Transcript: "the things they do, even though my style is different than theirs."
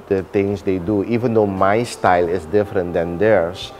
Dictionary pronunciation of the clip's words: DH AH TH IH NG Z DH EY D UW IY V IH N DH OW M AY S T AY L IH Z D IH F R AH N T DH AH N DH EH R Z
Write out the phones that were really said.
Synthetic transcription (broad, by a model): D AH T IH NG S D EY D UW IY V IH N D OW M AY S T AY L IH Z D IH F R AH N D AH N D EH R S